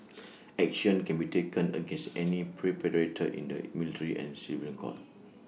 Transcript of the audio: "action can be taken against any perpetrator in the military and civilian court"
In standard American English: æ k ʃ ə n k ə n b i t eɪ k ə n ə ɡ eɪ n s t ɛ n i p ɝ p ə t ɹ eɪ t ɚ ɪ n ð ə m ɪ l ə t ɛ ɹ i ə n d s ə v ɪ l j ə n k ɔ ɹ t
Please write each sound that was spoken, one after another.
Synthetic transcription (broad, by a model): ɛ k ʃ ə n k ə n b i t eɪ k ə n ə ɡ eɪ n s t ɛ n i p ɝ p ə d ɹ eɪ t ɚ ɪ n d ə m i l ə t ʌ ɹ i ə n s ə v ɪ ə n k ɔ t